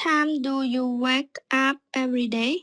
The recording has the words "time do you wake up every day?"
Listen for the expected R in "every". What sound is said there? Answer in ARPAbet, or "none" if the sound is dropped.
R